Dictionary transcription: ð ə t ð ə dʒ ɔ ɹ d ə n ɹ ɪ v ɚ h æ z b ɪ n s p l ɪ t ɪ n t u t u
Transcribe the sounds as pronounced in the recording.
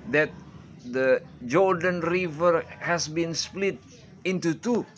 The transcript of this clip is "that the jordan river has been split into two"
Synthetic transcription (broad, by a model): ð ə t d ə dʒ ɔ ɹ d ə n ɹ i v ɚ h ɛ s b ɪ n s p l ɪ t ɪ n t u t u